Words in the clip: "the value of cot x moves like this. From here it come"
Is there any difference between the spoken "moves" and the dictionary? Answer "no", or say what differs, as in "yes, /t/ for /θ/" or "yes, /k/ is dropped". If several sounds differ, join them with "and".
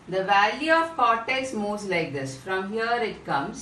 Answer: yes, /v/ is dropped